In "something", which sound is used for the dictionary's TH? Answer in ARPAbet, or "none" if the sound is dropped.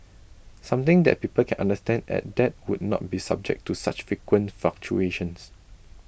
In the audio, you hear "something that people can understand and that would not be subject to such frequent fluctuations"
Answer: T